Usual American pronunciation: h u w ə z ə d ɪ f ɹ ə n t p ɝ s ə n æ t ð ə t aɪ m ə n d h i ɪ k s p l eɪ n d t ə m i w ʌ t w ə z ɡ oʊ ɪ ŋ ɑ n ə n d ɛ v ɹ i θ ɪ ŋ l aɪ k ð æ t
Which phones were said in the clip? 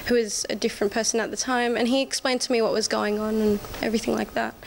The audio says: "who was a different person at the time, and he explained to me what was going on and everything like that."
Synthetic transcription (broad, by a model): h u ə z ə d ɪ f ɹ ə n p ɝ s ə n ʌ t ð ə t aɪ m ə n i ɪ k s p l eɪ n d t ə m i w ʌ t w ə z ɡ oʊ ɪ ŋ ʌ n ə n ɛ v ɹ i θ ɪ ŋ l aɪ k ð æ t